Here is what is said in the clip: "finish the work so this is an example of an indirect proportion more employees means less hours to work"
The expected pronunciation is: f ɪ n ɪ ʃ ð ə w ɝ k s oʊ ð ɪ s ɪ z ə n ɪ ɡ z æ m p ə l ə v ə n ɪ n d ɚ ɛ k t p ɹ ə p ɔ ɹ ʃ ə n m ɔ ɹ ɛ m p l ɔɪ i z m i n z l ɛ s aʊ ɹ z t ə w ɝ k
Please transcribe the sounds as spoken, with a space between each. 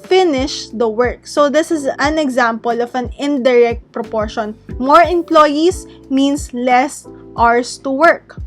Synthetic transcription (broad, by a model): f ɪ n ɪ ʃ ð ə w ɝ k s oʊ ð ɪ s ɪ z ə n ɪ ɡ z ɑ m p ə l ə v ə n ɪ n d ɚ ɛ k t p ɹ ə p ɔ ɹ ʃ ə n m ɔ ɹ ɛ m p l ɔɪ i s m i n s l ɛ s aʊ ɹ s t ə w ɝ k